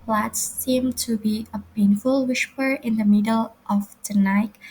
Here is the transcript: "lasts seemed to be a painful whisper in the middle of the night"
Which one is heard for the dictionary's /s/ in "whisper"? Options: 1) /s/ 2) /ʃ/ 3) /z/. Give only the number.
2